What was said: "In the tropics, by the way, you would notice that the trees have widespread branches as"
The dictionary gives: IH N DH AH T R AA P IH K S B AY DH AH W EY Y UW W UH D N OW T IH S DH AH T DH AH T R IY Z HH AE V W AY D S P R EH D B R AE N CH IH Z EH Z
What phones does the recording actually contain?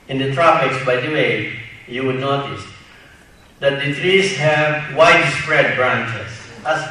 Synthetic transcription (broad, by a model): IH N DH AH T R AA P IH K S B AY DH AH W EY Y UW W UH D N OW T IH S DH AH T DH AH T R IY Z HH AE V W AY D S P R EH D B R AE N CH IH S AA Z